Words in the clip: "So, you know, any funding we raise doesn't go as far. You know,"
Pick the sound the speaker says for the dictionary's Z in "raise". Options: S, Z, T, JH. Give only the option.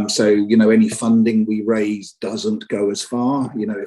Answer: Z